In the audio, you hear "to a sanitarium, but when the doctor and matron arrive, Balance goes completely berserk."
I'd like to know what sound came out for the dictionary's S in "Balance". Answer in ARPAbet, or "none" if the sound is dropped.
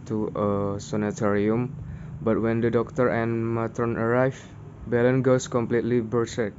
none